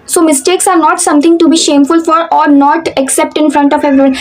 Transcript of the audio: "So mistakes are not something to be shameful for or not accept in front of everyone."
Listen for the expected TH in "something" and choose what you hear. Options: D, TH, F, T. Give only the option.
T